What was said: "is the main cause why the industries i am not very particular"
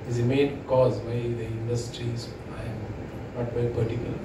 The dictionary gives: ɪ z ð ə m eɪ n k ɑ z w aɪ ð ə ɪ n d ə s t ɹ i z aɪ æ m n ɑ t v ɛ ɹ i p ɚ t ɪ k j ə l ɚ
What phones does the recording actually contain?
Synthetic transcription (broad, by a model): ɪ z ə m eɪ n k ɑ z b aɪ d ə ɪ n d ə s t ɹ i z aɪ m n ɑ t b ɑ i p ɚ t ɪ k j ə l